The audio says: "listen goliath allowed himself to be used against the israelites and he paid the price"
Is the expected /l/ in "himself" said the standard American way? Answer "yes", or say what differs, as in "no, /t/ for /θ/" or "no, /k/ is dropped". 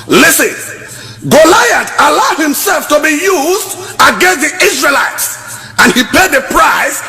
yes